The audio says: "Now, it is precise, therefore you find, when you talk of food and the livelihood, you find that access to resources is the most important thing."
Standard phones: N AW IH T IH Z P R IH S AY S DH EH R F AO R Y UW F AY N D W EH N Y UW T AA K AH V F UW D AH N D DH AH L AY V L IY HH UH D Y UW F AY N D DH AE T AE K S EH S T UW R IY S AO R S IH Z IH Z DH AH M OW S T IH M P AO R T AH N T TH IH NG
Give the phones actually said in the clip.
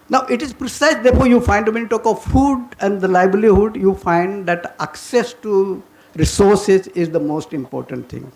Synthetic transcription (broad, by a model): N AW IH T IH Z P R IH S AY S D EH R F AO R Y UW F AY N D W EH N T AA K AH V F UW D AH N D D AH L AY B L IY HH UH D Y UW F AY N D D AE T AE K S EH S T UW R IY S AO R S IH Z IH Z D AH M OW S T IH M P AO R T AH N T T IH NG